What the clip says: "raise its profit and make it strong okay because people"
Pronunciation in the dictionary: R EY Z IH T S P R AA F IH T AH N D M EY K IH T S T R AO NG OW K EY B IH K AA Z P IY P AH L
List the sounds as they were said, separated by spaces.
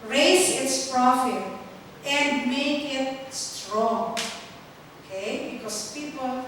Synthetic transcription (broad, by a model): R EY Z IH T S P R AA F IH T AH N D M EY K IH T S T R AO NG OW K EY B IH K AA S P IY P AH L